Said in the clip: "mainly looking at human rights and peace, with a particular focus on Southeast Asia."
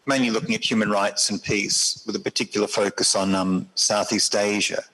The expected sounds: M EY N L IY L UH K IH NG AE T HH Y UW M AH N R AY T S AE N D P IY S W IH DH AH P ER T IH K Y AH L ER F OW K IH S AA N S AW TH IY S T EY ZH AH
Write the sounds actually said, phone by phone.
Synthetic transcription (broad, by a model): M EY N L IY L UH K IH NG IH T HH Y UW M AH N R AY T S N P IY S W IH DH AH P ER T IH K Y L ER F OW K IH S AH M S AW TH IY S T EY ZH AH